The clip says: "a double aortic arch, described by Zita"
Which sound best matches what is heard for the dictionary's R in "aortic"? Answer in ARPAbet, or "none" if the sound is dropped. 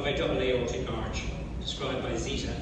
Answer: L